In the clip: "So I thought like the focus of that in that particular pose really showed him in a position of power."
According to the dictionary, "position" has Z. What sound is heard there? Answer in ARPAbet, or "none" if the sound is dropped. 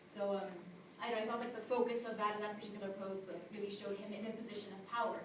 Z